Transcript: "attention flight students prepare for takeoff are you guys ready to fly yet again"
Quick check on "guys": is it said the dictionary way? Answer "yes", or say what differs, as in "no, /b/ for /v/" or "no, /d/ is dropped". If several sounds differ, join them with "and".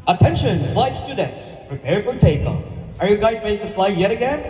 yes